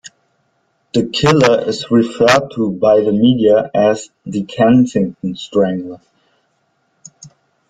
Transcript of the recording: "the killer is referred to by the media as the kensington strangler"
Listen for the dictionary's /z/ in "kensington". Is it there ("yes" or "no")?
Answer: no